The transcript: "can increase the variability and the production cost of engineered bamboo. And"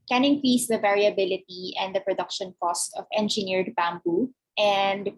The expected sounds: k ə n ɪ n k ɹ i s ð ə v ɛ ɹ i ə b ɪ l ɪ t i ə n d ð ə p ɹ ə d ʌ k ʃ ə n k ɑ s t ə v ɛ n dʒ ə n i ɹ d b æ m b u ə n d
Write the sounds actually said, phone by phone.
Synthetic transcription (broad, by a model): k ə n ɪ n k ɹ i s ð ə v ɛ ɹ i ə b ɪ l ɪ t i ə n d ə p ɹ ə d ʌ k ʃ ə n k ɑ s t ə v ɛ n dʒ ə n i ɹ d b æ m b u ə n d